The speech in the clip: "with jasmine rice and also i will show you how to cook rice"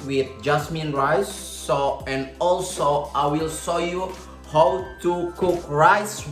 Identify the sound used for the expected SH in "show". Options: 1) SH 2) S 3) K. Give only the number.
2